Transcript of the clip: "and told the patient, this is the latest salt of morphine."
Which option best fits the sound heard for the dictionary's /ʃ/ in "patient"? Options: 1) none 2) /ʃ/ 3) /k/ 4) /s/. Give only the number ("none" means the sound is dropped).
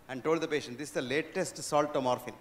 2